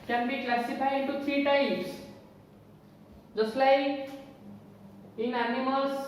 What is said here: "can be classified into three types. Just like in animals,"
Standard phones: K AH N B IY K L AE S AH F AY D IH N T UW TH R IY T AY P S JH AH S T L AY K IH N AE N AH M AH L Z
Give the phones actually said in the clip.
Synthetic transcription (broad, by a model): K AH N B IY K L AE S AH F AY IH N T UW T R IY T AY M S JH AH S L AY K IH N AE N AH M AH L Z